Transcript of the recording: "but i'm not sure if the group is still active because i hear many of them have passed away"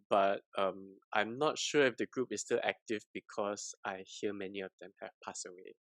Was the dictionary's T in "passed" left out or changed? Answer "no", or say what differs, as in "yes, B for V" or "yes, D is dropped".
yes, T is dropped